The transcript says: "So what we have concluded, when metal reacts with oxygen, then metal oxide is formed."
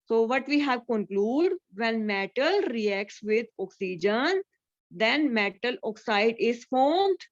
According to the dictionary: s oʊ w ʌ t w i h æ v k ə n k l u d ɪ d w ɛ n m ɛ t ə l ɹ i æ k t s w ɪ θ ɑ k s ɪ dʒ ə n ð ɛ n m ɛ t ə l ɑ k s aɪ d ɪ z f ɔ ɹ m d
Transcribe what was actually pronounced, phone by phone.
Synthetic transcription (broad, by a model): s oʊ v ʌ t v i h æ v k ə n k l u d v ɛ n m ɛ t ə l ɹ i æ k t s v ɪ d ɑ k s ɪ dʒ ə n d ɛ n m ɛ t ə l ɑ k s aɪ d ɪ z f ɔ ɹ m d